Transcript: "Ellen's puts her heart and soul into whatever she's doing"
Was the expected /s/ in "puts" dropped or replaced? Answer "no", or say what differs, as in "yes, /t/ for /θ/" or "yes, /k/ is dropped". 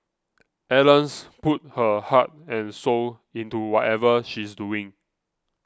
yes, /s/ is dropped